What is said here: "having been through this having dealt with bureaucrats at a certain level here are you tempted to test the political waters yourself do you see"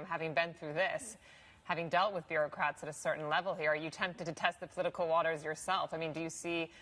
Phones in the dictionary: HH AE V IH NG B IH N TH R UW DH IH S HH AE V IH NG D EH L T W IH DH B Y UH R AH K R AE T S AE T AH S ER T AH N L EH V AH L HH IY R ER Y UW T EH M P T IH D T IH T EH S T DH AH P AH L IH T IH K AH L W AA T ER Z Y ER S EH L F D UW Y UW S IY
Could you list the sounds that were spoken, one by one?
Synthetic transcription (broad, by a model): HH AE V IH NG B IH N TH R UW DH IH S HH AE V IH NG D EH L T W IH DH B Y UH R AH K R AE T S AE T AH S ER T N L EH V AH L HH IY R ER Y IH T EH M P T IH D T IH T EH S T DH AH P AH L IH T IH K L W AA T ER Z Y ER S EH L F D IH Y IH S IY